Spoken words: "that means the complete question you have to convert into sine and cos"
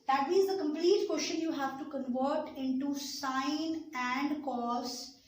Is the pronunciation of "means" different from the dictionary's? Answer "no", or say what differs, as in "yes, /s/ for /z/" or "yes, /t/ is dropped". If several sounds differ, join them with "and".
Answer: yes, /n/ is dropped